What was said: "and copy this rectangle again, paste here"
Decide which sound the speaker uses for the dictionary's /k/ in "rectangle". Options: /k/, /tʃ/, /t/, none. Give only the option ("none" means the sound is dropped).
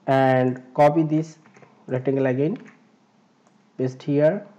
none